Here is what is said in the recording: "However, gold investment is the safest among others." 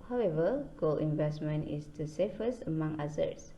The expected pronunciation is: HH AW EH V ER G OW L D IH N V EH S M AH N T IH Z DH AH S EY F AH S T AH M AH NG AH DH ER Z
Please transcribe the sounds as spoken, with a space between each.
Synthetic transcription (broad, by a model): HH AW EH V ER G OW L IH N V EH S M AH N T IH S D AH S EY F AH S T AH M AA NG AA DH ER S